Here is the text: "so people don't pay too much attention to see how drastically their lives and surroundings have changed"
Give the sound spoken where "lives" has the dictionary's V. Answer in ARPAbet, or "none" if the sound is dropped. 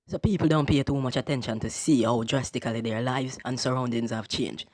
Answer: V